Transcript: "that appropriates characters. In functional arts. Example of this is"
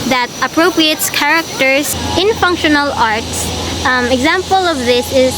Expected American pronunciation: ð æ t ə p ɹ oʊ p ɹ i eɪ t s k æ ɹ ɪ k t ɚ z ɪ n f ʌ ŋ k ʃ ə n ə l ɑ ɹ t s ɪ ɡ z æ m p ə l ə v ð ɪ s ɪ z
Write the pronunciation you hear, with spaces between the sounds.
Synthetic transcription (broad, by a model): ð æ t ə p ɹ oʊ p ɹ i eɪ t s k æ ɹ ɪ k t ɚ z ɪ n f ʌ ŋ k ʃ ə n ə l ɑ ɹ t s ɪ ɡ z æ m p ə l ə v ð ɪ s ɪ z